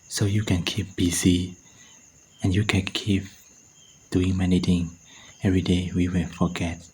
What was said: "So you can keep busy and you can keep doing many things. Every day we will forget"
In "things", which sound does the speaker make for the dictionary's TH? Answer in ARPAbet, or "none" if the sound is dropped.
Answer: T